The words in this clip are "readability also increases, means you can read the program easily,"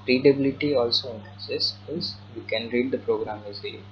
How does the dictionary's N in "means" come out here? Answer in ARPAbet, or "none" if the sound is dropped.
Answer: none